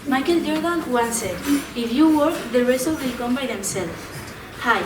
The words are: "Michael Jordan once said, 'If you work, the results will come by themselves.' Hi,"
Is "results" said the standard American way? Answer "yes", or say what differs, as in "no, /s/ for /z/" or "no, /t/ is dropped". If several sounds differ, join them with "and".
no, /s/ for /z/